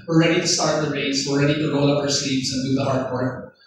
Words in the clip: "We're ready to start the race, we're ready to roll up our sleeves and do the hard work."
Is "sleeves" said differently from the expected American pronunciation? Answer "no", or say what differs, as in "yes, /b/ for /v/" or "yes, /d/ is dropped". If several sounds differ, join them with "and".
yes, /l/ is dropped